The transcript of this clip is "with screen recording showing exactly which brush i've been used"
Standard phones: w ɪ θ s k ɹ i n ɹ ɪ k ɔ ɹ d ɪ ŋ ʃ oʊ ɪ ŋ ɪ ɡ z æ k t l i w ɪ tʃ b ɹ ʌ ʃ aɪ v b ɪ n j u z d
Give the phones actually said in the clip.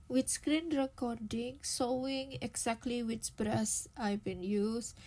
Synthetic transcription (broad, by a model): w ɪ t s k ɹ i n ɹ ɪ k ɔ ɹ d ɪ ŋ s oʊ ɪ ŋ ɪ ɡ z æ k t l i w ɪ tʃ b ɹ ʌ s aɪ b ɪ n j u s